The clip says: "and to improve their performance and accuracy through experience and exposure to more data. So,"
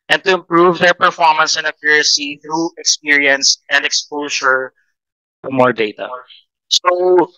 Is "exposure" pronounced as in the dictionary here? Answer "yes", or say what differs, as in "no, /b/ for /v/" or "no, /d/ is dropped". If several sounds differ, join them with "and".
no, /s/ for /ʒ/